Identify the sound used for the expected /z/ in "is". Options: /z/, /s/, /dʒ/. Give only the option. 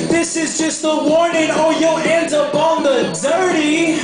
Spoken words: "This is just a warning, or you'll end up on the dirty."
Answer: /z/